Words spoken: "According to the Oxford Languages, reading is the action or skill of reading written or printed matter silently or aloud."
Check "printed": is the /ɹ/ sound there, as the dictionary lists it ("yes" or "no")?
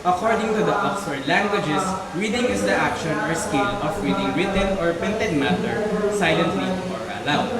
no